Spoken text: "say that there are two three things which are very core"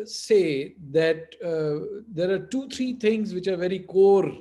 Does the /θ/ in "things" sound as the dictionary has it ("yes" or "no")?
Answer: no